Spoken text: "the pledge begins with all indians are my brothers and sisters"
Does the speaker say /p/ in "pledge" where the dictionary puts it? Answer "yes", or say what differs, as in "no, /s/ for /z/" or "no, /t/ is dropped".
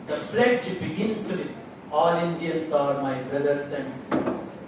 no, /f/ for /p/